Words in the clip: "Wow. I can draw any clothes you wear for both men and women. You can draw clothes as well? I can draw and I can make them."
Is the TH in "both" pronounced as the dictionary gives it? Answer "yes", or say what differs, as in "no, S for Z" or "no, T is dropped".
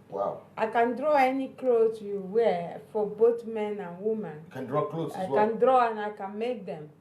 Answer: no, T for TH